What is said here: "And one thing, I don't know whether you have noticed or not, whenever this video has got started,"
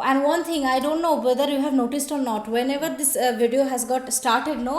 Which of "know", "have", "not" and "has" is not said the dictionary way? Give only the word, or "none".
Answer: none